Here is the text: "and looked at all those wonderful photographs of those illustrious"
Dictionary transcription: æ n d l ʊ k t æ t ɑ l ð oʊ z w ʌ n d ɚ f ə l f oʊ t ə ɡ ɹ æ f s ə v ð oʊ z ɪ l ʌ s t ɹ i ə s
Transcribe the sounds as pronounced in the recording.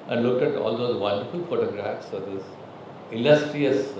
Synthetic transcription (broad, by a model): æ n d l ʊ k t æ t ɑ l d oʊ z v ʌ n d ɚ f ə l f oʊ t ə ɡ ɹ æ f s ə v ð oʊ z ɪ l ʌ s t ɹ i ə s